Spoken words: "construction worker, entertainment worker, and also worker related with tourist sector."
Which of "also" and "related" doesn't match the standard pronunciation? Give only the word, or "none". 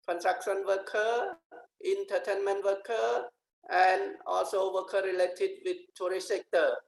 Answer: none